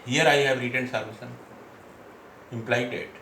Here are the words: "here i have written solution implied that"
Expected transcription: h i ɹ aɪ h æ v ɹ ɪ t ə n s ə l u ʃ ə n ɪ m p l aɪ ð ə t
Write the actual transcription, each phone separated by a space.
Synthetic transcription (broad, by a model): h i ɹ aɪ h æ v ɹ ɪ t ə n s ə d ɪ s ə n ɪ m p l aɪ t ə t